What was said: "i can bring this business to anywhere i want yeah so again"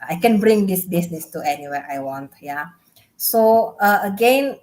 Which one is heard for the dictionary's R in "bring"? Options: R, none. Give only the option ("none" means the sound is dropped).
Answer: R